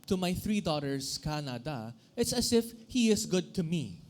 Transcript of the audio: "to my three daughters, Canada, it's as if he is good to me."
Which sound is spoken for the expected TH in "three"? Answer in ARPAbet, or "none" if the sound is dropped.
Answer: TH